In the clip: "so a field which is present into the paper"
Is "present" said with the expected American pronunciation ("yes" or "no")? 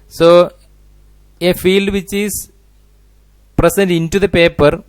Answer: no